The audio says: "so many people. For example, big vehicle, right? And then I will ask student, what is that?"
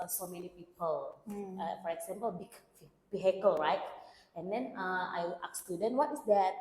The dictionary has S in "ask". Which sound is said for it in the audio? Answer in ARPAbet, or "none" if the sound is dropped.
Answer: none